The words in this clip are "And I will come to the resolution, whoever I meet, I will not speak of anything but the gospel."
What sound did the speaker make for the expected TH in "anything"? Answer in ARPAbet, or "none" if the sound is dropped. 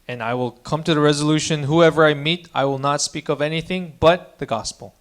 TH